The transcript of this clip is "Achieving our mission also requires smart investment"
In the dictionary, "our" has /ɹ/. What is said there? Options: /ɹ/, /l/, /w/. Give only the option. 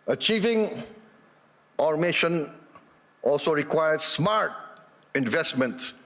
/ɹ/